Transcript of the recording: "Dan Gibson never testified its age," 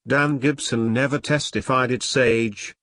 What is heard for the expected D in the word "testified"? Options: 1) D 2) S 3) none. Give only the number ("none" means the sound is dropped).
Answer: 1